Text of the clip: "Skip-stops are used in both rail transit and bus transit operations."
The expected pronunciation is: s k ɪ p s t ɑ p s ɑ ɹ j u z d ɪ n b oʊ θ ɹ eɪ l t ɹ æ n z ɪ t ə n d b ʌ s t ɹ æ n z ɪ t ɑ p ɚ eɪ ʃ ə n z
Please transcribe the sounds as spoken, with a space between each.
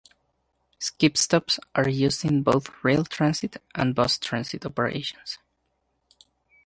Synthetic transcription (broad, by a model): s k ɪ p s t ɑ p s ɑ ɹ j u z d ɪ n b oʊ θ ɹ eɪ l t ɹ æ n s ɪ t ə n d b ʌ s t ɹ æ n s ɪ t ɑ p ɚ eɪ ʃ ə n s